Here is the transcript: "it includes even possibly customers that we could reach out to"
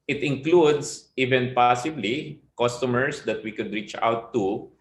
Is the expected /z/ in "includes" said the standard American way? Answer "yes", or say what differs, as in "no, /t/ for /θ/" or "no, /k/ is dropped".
no, /s/ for /z/